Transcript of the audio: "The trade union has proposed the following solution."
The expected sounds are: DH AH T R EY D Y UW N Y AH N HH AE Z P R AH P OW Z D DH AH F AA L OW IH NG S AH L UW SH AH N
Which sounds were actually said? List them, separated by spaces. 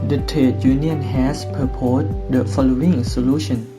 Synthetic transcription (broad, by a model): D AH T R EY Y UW N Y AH N HH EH S P AH P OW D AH F AA L OW IH NG S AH L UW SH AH N